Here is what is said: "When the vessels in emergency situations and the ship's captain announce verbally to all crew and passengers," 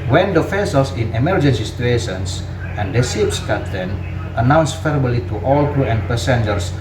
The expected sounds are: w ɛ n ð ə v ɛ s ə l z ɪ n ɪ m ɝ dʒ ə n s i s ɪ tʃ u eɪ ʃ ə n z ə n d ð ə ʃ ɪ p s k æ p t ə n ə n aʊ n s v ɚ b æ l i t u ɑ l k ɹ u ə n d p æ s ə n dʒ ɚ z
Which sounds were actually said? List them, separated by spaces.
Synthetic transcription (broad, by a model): w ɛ n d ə f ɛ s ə l s ɪ n ɪ m ɝ dʒ ə n s i s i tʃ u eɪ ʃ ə n s ə n d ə s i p s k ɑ t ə n ə n aʊ n s f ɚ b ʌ l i t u ɑ l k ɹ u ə n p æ s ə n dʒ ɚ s